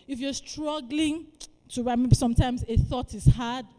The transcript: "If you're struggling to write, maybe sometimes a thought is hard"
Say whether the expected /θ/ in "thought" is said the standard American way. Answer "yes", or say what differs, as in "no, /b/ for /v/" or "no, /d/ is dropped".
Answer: yes